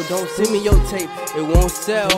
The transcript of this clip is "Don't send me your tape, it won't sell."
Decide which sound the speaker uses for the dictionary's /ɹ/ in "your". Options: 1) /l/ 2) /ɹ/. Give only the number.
1